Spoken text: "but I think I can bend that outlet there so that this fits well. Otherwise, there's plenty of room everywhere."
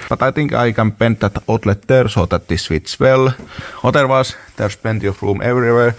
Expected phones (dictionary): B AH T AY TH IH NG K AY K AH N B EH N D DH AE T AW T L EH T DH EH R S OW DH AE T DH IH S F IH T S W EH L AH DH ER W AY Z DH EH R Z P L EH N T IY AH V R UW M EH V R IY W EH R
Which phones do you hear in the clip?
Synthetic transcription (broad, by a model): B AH T AY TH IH NG K AY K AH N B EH N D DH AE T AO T L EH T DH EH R S OW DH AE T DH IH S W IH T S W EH L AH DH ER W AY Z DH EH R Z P EH N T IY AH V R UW M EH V R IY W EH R